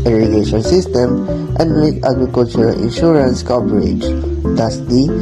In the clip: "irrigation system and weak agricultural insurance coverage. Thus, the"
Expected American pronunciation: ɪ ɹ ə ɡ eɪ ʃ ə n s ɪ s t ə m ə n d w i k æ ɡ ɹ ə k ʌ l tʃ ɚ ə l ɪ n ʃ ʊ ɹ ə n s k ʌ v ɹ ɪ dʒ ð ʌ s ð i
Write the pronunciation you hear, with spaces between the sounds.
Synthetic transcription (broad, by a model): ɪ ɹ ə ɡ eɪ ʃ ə n s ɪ s t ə m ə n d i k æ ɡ ɹ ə k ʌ l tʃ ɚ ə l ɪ n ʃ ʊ ɹ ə n s k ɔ p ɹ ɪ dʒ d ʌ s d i